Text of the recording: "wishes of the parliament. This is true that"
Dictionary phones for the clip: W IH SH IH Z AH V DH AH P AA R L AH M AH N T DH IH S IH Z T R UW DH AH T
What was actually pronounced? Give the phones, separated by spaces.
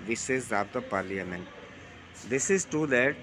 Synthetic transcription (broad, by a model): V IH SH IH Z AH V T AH P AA R L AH M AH N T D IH S IH Z T UW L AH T